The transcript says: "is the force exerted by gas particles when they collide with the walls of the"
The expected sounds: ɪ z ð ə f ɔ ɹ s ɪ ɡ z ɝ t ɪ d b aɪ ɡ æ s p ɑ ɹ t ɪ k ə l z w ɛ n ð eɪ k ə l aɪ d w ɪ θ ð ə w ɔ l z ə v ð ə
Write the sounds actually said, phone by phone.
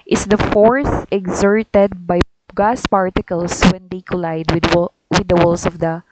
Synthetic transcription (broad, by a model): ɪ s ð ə f ɔ ɹ θ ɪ ɡ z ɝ t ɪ d b aɪ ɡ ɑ s p ɑ ɹ t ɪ k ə l s w ɛ n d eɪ k ə l aɪ d w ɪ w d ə w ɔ l s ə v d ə